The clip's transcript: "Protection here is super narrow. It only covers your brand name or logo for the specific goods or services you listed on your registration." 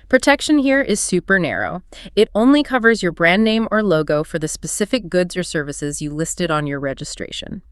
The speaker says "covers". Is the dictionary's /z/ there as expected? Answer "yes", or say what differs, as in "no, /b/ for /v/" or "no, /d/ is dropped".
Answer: yes